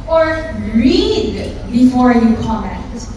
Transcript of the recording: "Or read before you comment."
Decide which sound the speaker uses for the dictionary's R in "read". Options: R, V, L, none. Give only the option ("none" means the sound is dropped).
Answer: R